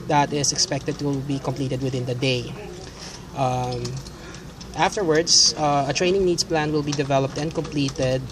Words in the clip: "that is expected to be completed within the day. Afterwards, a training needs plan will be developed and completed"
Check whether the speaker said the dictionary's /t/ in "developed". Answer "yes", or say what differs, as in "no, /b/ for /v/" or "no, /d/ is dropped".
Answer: yes